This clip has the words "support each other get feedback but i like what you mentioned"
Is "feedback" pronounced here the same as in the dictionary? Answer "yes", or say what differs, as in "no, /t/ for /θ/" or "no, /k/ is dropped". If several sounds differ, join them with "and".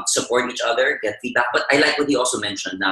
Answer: no, /b/ is dropped